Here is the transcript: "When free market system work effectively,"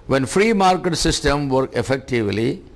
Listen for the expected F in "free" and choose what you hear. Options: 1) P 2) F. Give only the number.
2